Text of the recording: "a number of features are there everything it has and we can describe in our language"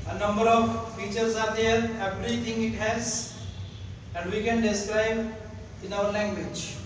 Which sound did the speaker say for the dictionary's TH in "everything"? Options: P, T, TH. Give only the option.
T